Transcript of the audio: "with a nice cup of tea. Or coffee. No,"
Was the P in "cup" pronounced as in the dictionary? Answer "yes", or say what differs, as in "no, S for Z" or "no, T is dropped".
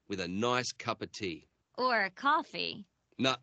yes